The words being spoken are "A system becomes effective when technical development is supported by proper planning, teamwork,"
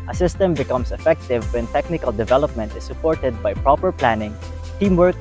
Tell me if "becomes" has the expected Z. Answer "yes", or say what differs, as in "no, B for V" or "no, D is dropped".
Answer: no, S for Z